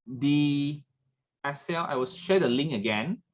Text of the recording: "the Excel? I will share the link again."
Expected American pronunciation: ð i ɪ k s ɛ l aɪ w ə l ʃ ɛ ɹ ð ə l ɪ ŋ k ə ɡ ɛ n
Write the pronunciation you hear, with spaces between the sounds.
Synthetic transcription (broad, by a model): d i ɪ s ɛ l aɪ w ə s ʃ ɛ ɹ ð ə l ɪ ŋ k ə ɡ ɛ n